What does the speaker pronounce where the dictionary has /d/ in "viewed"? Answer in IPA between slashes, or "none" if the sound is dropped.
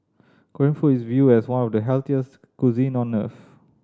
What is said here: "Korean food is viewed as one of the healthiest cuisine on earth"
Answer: none